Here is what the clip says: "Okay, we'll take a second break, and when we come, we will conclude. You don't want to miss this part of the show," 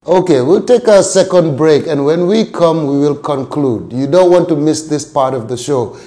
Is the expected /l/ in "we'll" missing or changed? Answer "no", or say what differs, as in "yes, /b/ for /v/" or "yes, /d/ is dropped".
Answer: no